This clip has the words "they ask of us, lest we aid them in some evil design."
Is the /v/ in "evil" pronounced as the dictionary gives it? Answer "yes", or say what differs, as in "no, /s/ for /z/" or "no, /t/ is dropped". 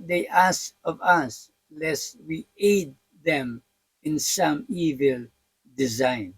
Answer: yes